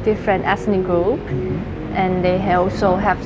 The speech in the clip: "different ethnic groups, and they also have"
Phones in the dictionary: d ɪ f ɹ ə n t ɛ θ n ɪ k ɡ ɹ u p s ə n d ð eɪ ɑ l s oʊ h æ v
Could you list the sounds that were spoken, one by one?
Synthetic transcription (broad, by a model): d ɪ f ɹ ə n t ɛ s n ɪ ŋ ɡ ɹ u p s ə n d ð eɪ ɑ l s oʊ h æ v